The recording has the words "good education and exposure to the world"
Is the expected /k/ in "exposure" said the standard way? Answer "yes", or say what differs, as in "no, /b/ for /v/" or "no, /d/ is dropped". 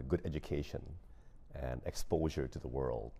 yes